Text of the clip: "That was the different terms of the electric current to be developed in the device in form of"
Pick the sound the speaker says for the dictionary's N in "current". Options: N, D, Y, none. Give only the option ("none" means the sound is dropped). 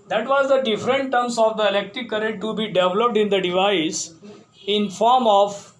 none